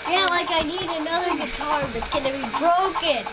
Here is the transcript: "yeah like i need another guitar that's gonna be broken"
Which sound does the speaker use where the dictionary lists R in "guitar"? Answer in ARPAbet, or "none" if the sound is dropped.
R